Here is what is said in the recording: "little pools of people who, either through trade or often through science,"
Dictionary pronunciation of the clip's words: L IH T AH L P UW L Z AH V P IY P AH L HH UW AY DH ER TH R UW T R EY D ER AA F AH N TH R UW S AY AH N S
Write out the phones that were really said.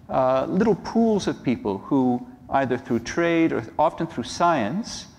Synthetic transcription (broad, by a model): L IH T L P UW L Z AH V P IY P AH L HH UW AY DH ER TH R UW T R EY D ER AA F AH N TH R UW S AY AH N S